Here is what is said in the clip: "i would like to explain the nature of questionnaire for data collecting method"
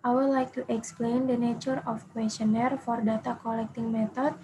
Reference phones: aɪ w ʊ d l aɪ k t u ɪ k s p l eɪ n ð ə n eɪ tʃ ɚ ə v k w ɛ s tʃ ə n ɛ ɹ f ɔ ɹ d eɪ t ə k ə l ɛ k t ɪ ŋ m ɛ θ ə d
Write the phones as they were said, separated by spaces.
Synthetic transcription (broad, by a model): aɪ w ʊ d l aɪ k t u ɪ k s p l eɪ n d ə n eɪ tʃ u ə f k w ɛ s tʃ ə n ɛ ɹ f ɔ ɹ d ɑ t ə k ə l ɛ k t ɪ ŋ m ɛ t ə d